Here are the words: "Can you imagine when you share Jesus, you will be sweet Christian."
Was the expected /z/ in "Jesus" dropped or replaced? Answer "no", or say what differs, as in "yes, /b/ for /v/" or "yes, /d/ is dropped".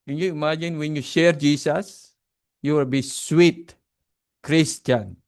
yes, /s/ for /z/